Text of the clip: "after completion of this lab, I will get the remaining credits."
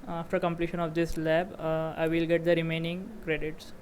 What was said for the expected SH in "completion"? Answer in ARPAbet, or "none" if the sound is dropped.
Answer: SH